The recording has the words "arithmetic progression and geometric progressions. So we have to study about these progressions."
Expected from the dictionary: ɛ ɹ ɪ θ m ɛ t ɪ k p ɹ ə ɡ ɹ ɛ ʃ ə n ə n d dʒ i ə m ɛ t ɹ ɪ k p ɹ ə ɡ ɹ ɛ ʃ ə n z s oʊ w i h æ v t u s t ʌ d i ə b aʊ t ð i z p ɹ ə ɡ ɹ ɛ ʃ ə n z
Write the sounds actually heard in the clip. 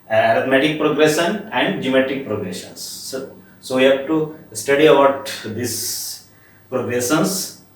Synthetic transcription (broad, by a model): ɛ ɹ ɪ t m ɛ t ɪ k p ɹ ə ɡ ɹ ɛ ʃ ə n ə n d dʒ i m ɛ t ɪ k p ɹ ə ɡ ɹ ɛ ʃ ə n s s oʊ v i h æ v t u s t ʌ d i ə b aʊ t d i s p ɹ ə ɡ ɹ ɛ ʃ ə n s